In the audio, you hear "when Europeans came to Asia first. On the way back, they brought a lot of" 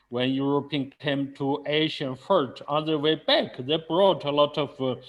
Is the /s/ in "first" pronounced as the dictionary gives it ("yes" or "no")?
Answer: no